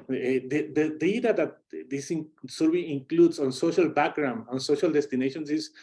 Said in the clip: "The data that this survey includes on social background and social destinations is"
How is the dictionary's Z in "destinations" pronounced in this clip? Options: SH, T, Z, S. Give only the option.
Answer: S